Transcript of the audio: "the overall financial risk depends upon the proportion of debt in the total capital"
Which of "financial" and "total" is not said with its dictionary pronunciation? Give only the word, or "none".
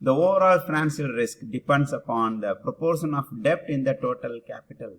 financial